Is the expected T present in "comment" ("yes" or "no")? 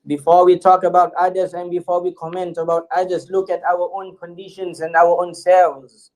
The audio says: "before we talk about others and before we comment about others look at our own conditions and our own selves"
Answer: yes